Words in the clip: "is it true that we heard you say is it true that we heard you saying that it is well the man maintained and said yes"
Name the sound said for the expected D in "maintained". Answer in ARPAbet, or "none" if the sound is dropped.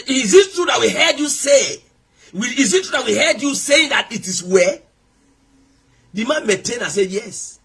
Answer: none